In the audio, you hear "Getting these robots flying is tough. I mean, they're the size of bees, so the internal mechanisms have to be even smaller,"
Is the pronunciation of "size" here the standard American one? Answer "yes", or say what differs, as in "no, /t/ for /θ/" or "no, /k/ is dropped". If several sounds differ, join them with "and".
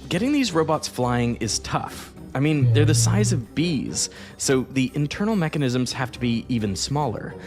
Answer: yes